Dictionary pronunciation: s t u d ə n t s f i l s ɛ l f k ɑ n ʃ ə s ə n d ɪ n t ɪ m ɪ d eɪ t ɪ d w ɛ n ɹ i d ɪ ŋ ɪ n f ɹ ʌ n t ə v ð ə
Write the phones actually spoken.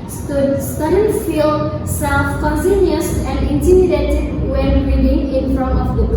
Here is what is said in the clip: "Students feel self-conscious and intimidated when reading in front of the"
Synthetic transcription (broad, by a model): s t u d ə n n f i l s ɛ l f k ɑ n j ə s ə n d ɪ n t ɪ m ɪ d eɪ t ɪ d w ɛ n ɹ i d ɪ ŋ ɪ n f ɹ ʌ n t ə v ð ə